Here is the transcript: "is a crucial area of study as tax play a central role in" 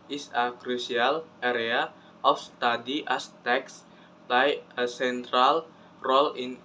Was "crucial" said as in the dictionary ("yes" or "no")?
no